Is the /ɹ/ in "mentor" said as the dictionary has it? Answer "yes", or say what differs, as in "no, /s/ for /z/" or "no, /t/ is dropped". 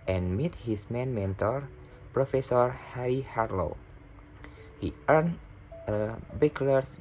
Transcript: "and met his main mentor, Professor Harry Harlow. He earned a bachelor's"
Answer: yes